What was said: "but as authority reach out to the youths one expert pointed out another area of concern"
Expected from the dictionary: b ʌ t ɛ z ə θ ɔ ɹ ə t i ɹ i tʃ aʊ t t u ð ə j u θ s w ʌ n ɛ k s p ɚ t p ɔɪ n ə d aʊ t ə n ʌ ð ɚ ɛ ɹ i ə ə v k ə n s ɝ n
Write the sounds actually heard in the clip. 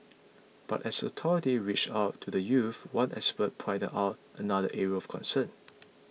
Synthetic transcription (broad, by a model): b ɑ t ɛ s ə t ɔ ɹ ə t i ɹ i tʃ aʊ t t u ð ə j u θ w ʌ n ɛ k s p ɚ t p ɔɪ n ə aʊ t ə n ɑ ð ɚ ɛ ɹ i ə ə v k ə n s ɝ n